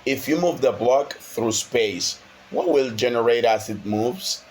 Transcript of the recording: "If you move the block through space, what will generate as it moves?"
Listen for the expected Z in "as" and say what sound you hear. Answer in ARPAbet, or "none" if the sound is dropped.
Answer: S